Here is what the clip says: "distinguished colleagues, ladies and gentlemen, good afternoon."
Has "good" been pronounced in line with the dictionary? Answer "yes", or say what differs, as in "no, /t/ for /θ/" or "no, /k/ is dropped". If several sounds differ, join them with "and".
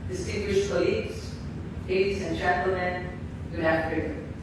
no, /d/ is dropped